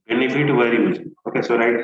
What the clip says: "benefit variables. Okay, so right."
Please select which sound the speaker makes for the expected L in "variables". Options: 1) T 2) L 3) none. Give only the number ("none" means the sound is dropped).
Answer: 3